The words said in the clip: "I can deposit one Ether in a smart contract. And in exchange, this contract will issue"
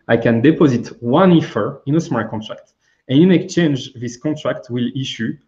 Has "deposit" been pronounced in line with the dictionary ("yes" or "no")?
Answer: yes